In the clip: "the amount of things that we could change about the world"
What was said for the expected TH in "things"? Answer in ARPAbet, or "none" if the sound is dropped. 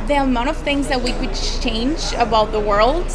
TH